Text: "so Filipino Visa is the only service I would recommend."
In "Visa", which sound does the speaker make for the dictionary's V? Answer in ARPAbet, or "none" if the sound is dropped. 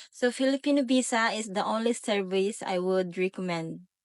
B